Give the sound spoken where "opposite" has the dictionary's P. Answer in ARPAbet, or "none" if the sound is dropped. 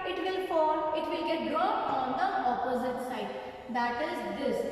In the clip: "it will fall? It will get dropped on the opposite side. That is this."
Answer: P